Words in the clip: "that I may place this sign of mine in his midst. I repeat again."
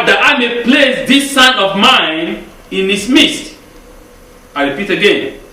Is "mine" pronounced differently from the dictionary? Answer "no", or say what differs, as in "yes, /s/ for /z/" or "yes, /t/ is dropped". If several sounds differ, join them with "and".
no